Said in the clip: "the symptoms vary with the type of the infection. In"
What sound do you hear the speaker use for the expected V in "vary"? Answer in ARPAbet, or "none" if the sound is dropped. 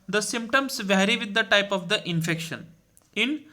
V